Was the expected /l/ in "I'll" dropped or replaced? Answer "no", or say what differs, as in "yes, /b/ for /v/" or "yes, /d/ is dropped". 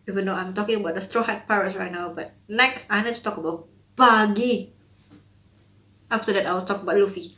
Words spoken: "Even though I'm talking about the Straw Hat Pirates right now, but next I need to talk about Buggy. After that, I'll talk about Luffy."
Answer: yes, /w/ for /l/